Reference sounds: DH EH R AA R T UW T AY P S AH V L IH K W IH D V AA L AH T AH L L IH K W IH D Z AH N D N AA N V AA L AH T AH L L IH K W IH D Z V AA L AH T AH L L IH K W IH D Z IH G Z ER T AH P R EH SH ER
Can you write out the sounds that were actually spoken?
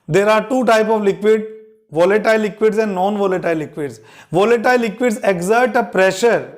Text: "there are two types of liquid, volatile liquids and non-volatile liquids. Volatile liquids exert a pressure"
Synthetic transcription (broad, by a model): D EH R AA R T UW T AY P AH V L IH K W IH D V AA L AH T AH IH L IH K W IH D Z AH N D N AA N V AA L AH T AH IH L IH K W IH D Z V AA L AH T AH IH L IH K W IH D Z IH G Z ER T AH P R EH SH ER